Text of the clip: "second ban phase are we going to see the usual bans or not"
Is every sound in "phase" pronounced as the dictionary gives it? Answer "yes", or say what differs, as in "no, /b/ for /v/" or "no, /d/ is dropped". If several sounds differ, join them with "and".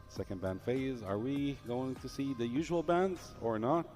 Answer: yes